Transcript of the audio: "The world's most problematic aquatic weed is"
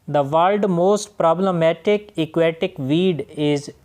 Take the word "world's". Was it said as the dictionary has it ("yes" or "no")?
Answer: no